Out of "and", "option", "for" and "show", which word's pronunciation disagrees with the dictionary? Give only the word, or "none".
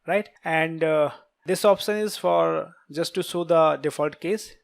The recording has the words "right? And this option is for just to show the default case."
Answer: show